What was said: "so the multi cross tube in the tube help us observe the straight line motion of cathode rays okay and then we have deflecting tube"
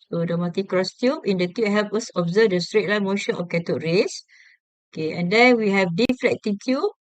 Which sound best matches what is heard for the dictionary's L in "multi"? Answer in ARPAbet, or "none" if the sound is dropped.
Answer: none